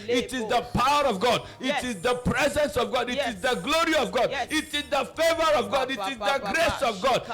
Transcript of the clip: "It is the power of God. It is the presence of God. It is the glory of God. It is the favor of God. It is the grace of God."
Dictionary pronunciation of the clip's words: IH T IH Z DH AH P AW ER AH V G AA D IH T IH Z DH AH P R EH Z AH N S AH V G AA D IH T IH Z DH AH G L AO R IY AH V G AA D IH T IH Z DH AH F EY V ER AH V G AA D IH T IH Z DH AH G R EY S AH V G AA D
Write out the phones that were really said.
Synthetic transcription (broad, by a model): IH T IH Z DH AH P AW ER AH V G AA D IH T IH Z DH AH P R EH Z AH N S AH V G AA D IH T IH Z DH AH G L AO R IY AH V G AA D IH T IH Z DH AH F EY V ER AH V G AA D IH T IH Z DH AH G R EY S AH V G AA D